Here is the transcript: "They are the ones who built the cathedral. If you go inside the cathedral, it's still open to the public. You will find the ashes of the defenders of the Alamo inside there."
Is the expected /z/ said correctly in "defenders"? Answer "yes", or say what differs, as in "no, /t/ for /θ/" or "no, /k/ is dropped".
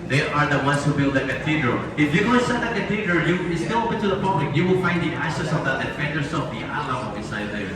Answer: no, /s/ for /z/